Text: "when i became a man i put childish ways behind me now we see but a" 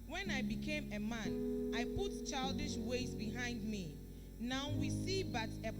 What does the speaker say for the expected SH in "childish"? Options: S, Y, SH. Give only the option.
SH